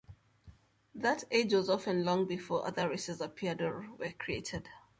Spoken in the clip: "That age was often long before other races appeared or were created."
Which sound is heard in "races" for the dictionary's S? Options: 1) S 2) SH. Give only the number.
1